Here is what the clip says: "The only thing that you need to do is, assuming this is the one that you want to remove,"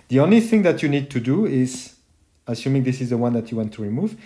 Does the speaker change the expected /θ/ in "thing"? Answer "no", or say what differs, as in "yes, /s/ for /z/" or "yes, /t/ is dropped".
no